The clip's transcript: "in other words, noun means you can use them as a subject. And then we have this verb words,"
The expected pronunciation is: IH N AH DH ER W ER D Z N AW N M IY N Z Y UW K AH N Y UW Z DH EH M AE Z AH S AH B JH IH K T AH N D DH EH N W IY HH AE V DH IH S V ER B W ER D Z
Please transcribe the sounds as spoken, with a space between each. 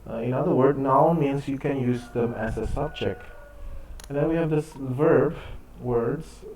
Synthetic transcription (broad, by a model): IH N AH DH ER W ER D N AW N M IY N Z Y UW K AH N Y UW Z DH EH M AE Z AH S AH B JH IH K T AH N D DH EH N W IY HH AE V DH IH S V ER B W ER D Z